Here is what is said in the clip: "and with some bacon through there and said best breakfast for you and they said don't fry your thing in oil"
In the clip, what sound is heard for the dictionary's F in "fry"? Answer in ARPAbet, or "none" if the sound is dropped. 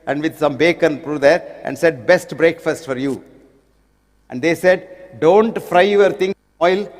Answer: F